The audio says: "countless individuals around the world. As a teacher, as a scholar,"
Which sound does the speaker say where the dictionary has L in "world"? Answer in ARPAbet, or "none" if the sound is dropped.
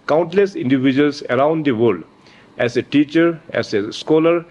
none